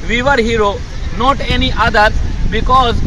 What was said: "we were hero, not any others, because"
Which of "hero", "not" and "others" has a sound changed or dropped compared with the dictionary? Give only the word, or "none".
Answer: others